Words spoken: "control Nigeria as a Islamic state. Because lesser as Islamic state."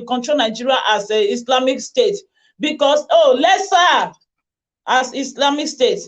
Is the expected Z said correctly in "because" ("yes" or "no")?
no